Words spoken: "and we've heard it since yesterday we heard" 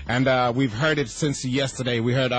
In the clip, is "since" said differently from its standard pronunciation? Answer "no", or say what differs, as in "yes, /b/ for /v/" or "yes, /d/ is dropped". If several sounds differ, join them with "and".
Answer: no